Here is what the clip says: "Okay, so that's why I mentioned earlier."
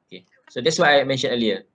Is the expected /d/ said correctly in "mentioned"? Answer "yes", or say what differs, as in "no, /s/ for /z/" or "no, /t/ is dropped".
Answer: no, /d/ is dropped